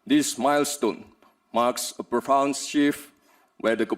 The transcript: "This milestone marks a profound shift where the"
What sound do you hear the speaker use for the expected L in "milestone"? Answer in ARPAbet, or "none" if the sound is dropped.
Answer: L